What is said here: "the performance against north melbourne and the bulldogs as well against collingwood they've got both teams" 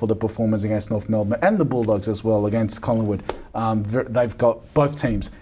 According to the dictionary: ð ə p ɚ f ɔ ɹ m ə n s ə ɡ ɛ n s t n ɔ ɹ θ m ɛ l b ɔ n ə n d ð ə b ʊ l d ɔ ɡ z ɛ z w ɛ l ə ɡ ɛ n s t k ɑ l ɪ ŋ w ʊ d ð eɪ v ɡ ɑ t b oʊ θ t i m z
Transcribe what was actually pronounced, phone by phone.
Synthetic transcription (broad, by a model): ð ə p ɚ f ɔ ɹ m ə n s ə ɡ ɛ n s t n ɔ ɹ θ m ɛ l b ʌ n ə n ð ə b ʊ l d ɔ ɡ z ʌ z w ɛ l ə ɡ ɛ n s t k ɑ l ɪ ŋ w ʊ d ð eɪ v ɡ ɑ t b oʊ θ t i m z